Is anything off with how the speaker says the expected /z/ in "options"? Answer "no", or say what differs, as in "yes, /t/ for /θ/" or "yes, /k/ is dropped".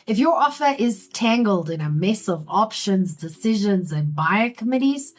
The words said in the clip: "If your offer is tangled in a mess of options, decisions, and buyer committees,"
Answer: no